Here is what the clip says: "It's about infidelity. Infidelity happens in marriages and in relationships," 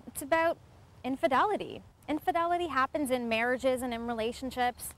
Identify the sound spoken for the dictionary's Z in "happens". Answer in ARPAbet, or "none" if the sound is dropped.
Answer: Z